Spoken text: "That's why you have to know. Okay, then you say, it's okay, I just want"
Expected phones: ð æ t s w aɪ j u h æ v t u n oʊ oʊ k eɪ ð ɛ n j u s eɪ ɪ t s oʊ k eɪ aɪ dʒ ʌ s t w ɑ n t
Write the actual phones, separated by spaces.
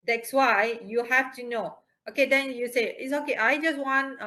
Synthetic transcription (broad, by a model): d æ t s w aɪ j u h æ f t u n oʊ oʊ k eɪ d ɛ n j u s eɪ ɪ t s oʊ k eɪ aɪ dʒ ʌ s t w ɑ n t